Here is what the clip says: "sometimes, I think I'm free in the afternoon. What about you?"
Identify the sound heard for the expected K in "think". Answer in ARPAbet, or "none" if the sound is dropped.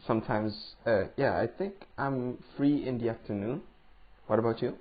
K